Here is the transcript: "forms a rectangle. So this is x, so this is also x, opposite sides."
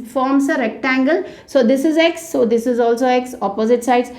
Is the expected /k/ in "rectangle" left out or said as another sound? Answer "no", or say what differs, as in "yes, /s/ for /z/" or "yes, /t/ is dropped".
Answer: no